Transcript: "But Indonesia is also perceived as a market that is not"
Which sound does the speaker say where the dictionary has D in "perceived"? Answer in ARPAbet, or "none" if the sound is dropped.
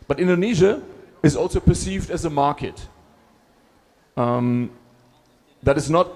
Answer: D